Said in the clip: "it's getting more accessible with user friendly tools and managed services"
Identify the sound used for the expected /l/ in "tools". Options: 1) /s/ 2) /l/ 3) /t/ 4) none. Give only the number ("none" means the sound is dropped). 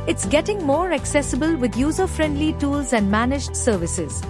2